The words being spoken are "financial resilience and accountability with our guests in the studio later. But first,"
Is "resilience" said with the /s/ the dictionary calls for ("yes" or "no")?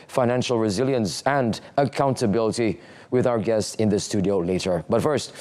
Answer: yes